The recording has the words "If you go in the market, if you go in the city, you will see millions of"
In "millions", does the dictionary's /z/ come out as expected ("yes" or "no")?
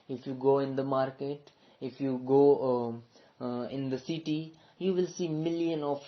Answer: no